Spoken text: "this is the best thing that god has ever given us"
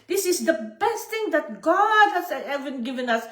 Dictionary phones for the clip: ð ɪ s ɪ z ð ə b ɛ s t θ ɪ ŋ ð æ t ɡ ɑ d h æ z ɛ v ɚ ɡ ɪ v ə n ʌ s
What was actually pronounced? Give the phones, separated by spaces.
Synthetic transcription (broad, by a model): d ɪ s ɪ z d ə b ɛ s t t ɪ ŋ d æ t ɡ ɑ d h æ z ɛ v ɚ ɡ ɪ v ə n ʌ s